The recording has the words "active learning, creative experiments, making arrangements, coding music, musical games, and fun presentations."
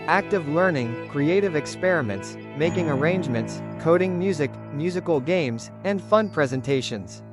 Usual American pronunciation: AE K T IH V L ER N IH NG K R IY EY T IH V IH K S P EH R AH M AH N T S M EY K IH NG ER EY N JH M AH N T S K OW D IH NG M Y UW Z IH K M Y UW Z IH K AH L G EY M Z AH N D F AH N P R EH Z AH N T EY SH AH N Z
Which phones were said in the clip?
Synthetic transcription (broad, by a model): AE K T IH V L ER N IH NG K R IY EY T IH V IH K S P EH R AH M AH N T S M EY K IH NG ER EY N JH M AH N T S K OW D IH NG M Y UW Z IH K M Y UW Z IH K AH L G EY M Z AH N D F AH N P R EH Z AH N T EY SH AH N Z